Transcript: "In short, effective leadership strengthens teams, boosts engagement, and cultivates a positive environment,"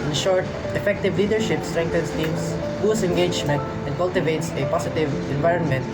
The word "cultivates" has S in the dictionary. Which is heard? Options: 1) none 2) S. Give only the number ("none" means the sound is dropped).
2